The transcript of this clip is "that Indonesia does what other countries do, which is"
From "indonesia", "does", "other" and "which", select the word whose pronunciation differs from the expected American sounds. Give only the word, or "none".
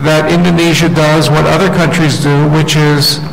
none